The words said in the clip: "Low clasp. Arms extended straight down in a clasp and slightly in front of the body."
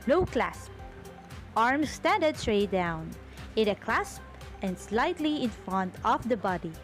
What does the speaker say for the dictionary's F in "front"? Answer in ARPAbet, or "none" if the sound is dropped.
F